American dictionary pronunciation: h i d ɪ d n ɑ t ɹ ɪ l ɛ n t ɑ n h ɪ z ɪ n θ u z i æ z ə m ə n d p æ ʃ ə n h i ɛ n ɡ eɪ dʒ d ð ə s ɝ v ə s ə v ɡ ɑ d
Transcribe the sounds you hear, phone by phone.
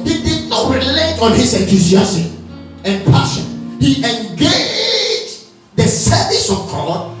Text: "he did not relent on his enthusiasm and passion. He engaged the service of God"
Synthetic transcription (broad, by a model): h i d ɪ d n ɑ t ɹ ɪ l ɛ t ɑ n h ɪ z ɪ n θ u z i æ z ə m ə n p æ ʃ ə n h i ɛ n ɡ eɪ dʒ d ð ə s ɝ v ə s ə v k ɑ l